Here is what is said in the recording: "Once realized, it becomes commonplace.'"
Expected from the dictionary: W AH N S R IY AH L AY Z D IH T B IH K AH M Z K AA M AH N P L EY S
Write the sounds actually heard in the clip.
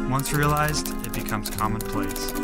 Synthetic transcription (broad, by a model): W AH N S R IY AH L AY Z D IH T B IH K AH M Z K AA M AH N P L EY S